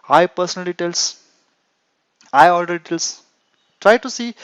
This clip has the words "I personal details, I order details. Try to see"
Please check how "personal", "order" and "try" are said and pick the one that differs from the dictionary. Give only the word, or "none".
order